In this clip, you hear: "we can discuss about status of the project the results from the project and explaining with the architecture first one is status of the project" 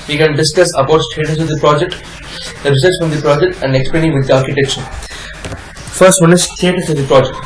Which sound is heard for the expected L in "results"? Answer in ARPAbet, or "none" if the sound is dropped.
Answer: none